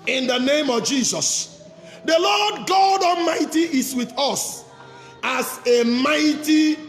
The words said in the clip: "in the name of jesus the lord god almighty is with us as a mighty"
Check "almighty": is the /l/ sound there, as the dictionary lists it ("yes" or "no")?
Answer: no